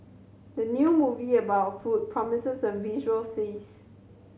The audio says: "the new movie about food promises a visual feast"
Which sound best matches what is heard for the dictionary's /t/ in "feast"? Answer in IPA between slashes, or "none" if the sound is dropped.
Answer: none